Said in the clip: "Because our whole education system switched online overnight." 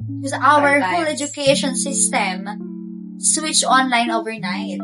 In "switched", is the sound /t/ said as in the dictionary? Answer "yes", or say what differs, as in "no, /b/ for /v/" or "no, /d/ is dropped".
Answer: no, /t/ is dropped